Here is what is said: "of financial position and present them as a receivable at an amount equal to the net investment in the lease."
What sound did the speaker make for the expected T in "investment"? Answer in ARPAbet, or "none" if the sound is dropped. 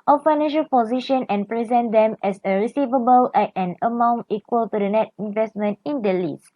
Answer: T